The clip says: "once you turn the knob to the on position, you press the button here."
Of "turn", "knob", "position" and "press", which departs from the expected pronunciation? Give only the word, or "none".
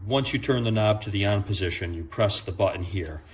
none